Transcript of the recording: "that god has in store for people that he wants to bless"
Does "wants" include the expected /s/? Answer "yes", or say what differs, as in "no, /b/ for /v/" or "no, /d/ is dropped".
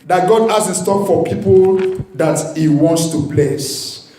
yes